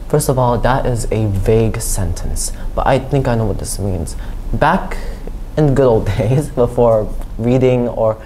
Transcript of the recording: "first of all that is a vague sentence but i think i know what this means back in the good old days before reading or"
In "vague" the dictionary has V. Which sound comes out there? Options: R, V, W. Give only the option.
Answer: V